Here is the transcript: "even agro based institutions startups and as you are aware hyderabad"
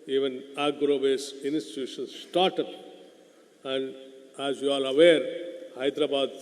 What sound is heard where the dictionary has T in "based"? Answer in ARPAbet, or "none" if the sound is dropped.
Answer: none